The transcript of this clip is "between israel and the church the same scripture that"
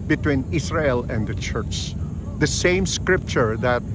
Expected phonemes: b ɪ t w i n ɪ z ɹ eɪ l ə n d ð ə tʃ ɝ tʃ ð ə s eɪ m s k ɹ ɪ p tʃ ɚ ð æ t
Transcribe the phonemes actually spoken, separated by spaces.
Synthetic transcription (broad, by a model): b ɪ t w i n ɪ s ɹ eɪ l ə n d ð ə tʃ ɝ tʃ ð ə s eɪ m s k ɹ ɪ p tʃ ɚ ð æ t